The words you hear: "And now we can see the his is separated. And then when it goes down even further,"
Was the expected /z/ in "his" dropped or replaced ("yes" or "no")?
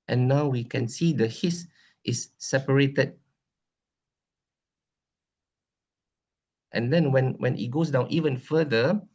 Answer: yes